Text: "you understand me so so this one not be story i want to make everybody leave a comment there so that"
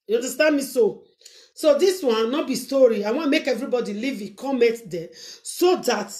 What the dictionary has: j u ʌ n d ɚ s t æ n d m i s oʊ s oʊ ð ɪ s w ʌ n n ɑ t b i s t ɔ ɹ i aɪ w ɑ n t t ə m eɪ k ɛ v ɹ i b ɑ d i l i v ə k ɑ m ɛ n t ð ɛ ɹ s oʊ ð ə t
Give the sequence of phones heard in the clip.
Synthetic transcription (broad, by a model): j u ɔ n d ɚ s t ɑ n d m i s oʊ s oʊ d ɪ s w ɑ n n ɑ t b i s t ɔ ɹ i aɪ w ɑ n m eɪ k ɛ v ɹ i b ɑ d i l i v ə k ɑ m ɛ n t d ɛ s oʊ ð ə t